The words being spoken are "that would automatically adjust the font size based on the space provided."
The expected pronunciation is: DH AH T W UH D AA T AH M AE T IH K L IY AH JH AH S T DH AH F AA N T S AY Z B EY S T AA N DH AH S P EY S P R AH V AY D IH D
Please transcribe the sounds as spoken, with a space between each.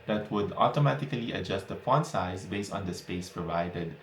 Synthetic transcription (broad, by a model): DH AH T W UH D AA T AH M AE T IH K L IY AH JH AH S T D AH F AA N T S AY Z B EY S T AA N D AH S P EY S P R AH V AY D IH D